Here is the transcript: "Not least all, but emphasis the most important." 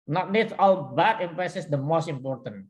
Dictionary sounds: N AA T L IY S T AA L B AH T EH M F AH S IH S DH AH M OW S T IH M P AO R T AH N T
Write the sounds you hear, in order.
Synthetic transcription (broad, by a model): N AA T N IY T AA L B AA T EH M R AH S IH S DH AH M OW S T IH M P AO R T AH N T